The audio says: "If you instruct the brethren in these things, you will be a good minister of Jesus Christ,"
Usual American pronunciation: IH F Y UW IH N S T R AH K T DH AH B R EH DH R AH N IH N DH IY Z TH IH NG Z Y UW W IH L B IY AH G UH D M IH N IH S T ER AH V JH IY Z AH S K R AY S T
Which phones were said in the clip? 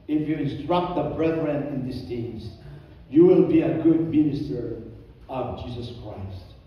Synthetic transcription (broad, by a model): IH F Y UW IH N S T R AH K T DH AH B R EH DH R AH N IH N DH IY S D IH Z Y UW W IH L B IY AH G UH D M IH N IH S T ER AH V JH IY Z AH S K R AY S T